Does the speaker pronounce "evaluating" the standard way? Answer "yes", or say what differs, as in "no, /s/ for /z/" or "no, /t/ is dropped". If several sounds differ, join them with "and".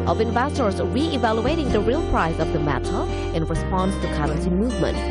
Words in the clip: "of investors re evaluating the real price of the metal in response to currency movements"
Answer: yes